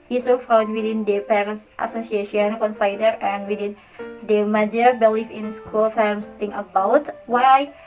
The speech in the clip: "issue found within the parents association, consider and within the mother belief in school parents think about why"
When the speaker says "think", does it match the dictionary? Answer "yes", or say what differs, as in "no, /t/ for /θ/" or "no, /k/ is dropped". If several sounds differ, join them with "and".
no, /k/ is dropped